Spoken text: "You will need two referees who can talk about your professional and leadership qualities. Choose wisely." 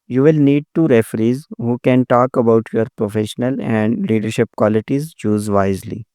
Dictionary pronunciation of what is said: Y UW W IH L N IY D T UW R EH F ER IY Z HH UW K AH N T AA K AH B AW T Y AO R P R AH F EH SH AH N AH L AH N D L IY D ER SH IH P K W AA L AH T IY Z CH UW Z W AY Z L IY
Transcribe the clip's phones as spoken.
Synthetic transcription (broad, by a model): Y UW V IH L N IY D T UW R EH F ER IY Z HH UW K AH N T AA K AH B AW T Y AO R P R AH F EH SH AH N AH L AH N D L IY D ER SH IH P K W AA L AH T IY Z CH UW Z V AY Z L IY